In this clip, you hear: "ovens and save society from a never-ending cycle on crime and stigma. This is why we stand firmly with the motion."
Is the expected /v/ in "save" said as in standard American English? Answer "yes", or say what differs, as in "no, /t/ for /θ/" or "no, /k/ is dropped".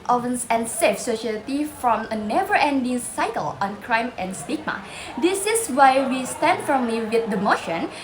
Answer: no, /f/ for /v/